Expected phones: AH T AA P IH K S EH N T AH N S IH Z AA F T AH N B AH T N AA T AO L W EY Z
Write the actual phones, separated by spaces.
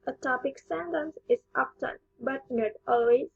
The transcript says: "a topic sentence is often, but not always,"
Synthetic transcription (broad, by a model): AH T AA P IH K S EH N T AH N S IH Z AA P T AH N B AH T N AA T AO L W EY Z